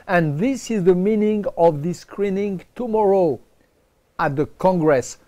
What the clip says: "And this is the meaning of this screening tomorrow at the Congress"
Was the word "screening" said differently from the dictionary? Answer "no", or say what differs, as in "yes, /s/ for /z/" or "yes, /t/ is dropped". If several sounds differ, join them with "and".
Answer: no